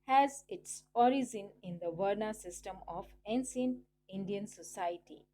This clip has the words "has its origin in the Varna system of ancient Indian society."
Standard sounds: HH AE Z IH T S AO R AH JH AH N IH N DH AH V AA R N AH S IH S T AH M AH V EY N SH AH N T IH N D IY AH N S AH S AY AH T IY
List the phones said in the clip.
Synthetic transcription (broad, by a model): HH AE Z IH T S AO R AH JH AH N IH N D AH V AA R N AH S IH S T AH M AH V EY N S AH N IH N D IY AH N S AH S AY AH T IY